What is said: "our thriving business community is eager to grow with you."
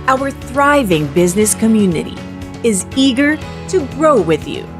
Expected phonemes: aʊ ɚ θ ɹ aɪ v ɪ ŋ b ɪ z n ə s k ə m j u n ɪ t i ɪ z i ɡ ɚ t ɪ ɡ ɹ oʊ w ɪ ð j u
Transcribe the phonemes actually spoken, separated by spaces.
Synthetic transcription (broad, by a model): aʊ ɚ θ ɹ aɪ v ɪ ŋ b ɪ z n ə s k ə m j u n ɪ t i ɪ z i ɡ ɚ t ɪ ɡ ɹ oʊ w ɪ ð j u